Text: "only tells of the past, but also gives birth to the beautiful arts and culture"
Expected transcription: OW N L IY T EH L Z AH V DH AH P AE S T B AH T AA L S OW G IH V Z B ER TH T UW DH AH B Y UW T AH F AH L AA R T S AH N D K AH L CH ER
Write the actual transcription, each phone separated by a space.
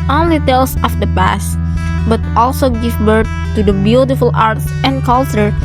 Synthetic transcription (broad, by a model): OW N L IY T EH L S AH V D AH P AE S T B AH T AA L S OW G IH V B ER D T UW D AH B Y UW T AH F AH L AA R T S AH N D K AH L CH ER